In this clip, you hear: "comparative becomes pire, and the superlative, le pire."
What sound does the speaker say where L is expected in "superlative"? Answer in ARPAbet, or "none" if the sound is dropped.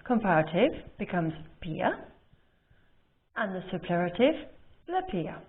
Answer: none